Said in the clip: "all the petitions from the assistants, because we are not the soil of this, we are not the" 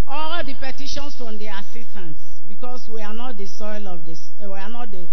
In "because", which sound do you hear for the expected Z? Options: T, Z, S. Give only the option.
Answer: S